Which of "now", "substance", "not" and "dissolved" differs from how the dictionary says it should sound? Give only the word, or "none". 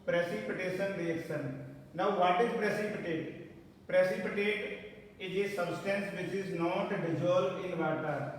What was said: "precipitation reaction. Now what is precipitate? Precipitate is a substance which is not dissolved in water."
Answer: dissolved